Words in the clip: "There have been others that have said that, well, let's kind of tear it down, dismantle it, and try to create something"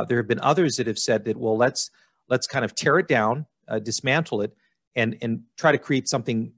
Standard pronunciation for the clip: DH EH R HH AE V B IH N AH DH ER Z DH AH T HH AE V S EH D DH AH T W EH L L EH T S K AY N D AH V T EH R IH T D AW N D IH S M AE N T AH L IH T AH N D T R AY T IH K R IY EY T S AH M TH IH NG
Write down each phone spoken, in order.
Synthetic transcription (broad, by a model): DH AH R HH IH V B IH N AH DH ER Z DH AH T HH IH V S EH D DH AH T W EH L L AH T S K AY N D AH V T EH R IH T D AW N D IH S M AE N T L IH T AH N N T R AY T IH K R IY EY T S AH M TH IH NG